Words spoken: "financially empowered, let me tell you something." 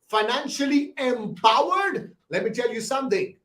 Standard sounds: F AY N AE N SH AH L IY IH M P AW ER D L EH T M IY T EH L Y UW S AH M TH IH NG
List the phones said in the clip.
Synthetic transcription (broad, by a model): F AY N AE N SH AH L IY IH M P AW ER D L EH T M IY T EH L Y UW S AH M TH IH NG